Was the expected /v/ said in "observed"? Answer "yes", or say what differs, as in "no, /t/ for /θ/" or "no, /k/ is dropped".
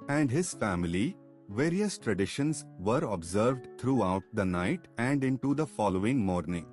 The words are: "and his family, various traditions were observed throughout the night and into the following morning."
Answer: yes